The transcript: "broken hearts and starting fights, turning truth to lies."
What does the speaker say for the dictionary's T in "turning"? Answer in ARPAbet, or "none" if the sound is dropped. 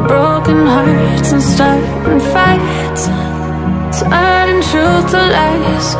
S